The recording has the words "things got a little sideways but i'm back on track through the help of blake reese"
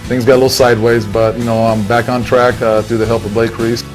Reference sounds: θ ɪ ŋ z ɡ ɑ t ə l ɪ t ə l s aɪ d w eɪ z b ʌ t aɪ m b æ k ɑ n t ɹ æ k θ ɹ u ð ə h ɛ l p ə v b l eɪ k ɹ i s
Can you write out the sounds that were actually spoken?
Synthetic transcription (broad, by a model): θ ɪ ŋ z ɡ ɑ t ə l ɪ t l s aɪ d w eɪ z b ʌ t aɪ m b æ k n t ɹ æ k θ ɹ u ð ə h ɛ l p ə v b l eɪ k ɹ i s